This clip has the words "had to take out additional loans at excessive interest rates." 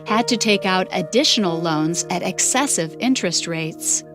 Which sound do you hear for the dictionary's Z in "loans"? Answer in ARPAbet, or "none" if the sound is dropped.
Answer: Z